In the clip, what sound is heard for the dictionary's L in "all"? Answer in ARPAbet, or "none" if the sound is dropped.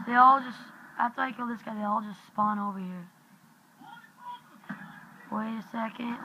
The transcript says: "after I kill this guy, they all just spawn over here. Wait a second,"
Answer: L